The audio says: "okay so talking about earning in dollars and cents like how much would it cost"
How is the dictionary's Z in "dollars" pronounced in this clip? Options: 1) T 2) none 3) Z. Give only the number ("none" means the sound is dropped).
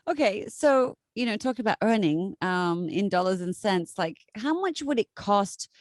3